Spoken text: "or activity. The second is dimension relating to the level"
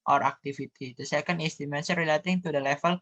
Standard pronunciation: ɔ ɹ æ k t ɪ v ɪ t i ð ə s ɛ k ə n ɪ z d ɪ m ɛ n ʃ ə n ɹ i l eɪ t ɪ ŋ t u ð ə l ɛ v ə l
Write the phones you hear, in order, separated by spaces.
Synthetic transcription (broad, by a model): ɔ ɹ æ k t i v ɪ t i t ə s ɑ k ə n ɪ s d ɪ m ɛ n s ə ɹ i l eɪ t ɪ ŋ t u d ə l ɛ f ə l